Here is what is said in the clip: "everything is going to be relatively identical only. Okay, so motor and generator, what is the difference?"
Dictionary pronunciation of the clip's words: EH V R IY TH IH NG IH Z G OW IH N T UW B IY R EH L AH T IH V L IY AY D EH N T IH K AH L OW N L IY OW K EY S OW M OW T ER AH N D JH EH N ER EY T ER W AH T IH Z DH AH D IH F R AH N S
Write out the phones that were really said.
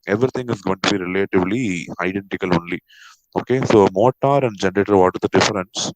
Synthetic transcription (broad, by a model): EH V R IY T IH NG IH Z G OW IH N T UW B IY R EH L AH T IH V L IY AY D EH N T IH K AH L OW N L IY OW K EY S OW M OW T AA AH N D JH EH N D EY T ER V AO T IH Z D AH D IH F R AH N S